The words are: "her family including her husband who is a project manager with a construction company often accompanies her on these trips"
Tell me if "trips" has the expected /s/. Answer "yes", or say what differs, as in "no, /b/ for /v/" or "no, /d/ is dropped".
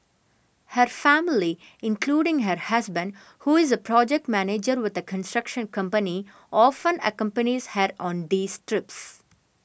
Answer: yes